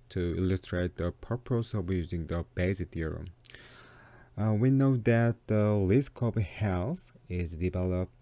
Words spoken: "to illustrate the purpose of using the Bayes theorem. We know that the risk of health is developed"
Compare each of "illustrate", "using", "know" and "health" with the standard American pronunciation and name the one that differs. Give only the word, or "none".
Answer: health